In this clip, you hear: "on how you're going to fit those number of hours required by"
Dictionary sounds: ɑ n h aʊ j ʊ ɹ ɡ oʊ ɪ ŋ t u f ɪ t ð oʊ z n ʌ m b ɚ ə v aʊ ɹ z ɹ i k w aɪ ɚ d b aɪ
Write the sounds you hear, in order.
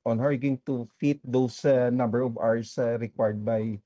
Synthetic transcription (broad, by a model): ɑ n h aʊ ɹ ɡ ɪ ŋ t u f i t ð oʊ s n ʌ m b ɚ ə v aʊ ɹ s ɹ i k w aɪ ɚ d b aɪ